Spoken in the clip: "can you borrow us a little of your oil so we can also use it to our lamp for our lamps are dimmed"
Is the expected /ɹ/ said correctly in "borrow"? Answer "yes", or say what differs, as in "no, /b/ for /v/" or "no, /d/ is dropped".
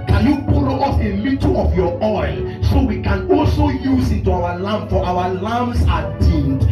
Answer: no, /l/ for /ɹ/